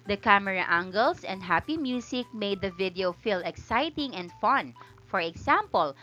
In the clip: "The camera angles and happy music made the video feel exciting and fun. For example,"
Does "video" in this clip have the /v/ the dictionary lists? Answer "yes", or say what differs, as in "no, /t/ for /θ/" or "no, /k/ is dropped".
yes